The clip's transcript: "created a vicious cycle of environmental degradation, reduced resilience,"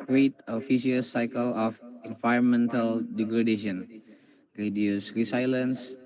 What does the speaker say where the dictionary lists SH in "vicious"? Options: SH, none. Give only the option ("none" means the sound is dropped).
none